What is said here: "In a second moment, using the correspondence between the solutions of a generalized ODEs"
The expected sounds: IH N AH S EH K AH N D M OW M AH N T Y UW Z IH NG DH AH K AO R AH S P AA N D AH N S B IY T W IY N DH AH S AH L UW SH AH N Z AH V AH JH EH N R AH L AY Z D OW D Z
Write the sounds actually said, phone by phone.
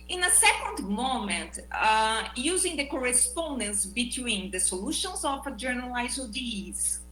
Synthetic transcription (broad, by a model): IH N AH S EH K AH N D M OW M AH N T Y UW Z IH NG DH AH K AO R AH S P AA N D AH N S B IY T W IY N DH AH S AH L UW SH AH N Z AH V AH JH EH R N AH L AY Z OW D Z